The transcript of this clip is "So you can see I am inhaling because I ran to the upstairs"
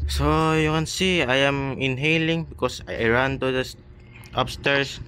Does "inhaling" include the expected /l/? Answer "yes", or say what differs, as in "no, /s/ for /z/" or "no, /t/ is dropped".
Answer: yes